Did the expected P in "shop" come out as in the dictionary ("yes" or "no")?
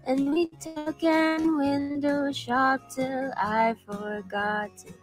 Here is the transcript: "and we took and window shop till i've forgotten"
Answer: yes